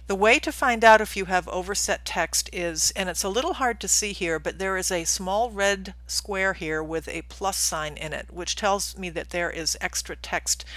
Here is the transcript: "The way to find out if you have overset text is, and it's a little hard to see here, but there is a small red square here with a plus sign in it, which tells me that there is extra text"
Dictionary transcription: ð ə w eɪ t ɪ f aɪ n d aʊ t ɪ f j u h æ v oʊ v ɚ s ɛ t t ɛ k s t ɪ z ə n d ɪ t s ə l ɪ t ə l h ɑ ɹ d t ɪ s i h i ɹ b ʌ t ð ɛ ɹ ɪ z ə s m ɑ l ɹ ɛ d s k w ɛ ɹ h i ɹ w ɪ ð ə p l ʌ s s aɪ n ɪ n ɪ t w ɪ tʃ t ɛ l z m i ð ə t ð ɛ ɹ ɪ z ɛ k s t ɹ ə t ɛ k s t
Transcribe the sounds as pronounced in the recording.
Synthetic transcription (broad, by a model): ð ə w eɪ t ɪ f aɪ n d aʊ t ɪ f j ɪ v oʊ v ɚ s ɛ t t ɛ k s t ɪ z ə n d ɪ t s ə l ɪ t l h ɑ ɹ d t ɪ s i h i ɹ b ʌ t ð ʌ ɹ ɪ z ə s m ɑ l ɹ ɛ d s k w ɛ ɹ h i ɹ w ɪ ð ə p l ʌ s s aɪ n ɪ n ɪ t w ɪ tʃ t ɛ l z m i ð ə t ð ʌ ɹ ɪ z ɛ k s t ɹ ə t ɛ k s t